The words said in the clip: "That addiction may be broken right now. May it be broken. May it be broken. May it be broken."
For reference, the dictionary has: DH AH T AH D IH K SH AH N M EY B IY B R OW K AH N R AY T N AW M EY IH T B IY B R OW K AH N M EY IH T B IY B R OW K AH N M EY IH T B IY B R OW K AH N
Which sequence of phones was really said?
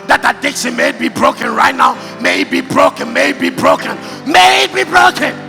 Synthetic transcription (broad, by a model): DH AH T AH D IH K S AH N M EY B IY B R OW K AH N R AY T N AW M EY IH T B IY B R OW K AH N M EY IH T B IY B R OW K AH N M EY IH T B IY B R OW K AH N